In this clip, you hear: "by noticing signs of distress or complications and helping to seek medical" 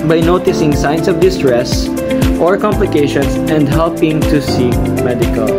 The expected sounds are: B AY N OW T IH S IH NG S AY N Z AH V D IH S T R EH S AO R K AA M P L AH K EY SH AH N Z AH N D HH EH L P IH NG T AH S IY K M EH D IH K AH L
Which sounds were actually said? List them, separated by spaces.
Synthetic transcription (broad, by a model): B AY N OW T IH S IH NG S AY N S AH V D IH S T R EH S AO R K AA M P L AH K EY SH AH N S AH N D HH EH L P IH NG T AH S IY K M EH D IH K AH L